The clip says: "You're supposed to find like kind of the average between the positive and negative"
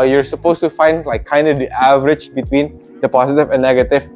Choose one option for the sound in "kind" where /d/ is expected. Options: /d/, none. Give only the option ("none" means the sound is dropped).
/d/